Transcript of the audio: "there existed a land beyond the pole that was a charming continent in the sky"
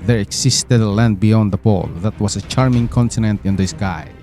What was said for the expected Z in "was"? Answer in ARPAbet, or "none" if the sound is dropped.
S